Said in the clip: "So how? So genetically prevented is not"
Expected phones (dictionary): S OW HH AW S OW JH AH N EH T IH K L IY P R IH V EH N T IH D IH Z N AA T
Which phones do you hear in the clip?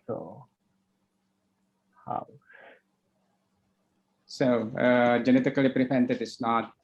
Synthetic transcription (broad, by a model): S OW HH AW S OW JH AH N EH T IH K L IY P R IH P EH N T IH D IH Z N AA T